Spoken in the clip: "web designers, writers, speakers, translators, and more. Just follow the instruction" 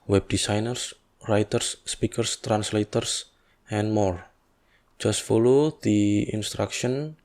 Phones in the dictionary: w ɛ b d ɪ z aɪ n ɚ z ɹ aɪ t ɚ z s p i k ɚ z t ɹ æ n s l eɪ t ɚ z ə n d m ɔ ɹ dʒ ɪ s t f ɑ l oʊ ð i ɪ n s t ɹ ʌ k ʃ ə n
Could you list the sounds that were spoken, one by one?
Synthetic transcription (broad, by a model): w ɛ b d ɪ s aɪ n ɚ s ɹ aɪ t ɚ s p i k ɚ s t ɹ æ n s l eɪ t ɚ s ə n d m ɔ ɹ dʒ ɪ s t f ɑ l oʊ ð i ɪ n s t ɹ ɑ k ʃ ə n